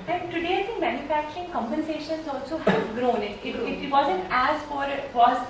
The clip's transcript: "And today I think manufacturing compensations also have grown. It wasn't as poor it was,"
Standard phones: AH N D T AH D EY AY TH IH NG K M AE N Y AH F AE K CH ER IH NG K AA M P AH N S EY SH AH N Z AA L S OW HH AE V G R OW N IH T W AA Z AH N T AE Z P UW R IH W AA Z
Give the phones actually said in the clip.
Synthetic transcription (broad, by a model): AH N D T AH D EY AY S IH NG M AE N Y AH F AE K CH ER IH NG K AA M P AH N S EY SH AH N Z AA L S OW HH G R OW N IH T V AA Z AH N T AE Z F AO R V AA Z